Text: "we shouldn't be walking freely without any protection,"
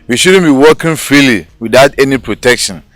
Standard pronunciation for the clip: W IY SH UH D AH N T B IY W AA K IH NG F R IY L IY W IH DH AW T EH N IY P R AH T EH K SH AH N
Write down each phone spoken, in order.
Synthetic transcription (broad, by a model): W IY SH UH D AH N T B IY W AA K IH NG F R IY L IY W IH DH AW T EH N IY P R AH T EH K SH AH N